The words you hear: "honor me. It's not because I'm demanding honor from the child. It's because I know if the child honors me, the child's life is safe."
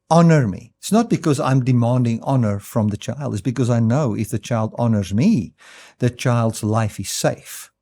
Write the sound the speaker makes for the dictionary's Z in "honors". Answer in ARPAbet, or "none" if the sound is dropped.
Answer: Z